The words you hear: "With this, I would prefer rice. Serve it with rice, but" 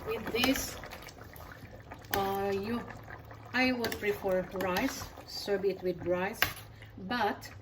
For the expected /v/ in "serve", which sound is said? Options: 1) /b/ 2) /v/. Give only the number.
1